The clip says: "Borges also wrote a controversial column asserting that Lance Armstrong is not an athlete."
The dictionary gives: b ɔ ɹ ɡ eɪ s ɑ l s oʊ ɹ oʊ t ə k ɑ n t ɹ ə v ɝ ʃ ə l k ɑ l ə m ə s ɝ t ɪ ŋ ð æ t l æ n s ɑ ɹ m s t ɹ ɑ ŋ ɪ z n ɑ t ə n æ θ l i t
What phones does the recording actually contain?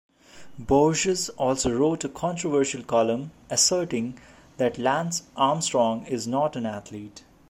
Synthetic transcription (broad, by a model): b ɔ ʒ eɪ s ɑ l s oʊ ɹ oʊ t ə k ɑ n t ɹ ə v ɝ ʃ ə l k ɑ l ə m ə s ɝ t ɪ ŋ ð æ t l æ n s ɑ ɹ m s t ɹ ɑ ŋ ɪ z n ɑ t ə n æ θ l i t